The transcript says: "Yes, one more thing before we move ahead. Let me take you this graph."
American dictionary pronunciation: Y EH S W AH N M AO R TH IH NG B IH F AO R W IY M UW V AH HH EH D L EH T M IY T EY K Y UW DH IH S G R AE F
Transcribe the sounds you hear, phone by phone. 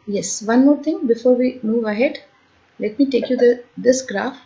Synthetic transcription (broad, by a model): Y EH S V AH N M AO R T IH NG B IH F AO R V IY M UW V AH HH EH D L EH T M IY T EY K Y UW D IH S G R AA F